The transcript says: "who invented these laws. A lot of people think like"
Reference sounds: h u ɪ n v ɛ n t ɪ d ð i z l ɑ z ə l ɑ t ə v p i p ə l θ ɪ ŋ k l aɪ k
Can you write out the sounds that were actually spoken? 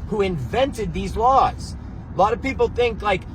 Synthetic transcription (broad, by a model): h u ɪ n v ɛ n t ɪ d ð i z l ɑ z ə l ɑ t ə v p i p l θ ɪ ŋ k l aɪ k